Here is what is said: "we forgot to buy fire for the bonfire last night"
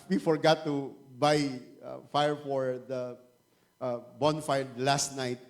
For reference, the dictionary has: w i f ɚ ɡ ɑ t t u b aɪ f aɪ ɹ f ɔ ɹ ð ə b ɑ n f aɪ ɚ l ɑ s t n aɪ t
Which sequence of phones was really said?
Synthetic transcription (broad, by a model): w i f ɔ ɡ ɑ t t u b aɪ f aɪ ɹ f ɔ ɹ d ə b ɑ n f aɪ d l ɑ s t n aɪ t